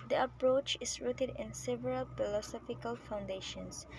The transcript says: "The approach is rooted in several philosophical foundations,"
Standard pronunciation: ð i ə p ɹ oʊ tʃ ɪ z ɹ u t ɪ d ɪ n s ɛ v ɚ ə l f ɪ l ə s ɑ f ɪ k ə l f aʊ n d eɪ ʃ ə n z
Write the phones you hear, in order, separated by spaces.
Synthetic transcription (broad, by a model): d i ə p ɹ oʊ tʃ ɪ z ɹ u t ɪ d ɪ n s ɛ v ɚ ə l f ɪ l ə s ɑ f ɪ k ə l f aʊ n d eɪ ʃ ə n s